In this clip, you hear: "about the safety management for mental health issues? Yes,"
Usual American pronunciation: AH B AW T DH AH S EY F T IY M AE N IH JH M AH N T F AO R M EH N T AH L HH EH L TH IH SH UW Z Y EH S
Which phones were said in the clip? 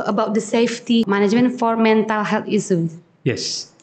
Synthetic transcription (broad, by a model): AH B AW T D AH S EY F T IY M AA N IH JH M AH N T F AO R M EH N T AH L HH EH L T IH S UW Y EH S